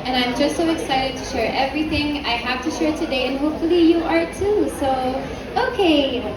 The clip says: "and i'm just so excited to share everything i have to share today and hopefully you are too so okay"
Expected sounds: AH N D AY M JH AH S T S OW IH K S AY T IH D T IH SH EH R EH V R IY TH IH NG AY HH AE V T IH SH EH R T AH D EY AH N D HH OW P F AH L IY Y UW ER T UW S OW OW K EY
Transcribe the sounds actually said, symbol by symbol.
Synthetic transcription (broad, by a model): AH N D AY M JH AH S T S OW IH K S AY T IH D T IH SH EH R EH V R IY TH IH NG AY HH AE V T IH SH EH R T AH D EY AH N HH OW P F AH L IY Y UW ER T UW S OW OW K EY